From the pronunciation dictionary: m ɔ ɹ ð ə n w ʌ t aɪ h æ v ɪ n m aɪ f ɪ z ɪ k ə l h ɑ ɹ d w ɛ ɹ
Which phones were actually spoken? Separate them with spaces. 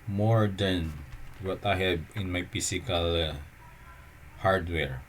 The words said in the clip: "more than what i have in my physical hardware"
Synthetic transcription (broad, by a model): m ɔ ɹ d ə n w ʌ t aɪ h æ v ɪ n m aɪ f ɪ s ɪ k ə l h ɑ ɹ d w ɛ ɹ